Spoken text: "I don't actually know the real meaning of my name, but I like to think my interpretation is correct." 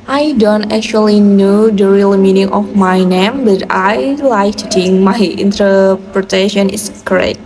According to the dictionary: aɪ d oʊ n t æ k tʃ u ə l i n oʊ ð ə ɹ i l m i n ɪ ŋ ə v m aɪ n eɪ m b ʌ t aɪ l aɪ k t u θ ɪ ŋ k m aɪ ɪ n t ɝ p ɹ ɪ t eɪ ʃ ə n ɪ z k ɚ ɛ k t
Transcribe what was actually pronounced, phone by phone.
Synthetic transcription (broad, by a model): aɪ d oʊ n t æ k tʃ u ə l i n oʊ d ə ɹ i l m i n ɪ ŋ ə f m aɪ n eɪ m b ʌ t aɪ l aɪ k t u t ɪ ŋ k m aɪ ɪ n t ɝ p ɹ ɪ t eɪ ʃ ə n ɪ s k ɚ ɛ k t